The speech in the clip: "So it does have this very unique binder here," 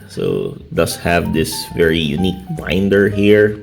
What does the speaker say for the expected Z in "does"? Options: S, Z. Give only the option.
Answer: S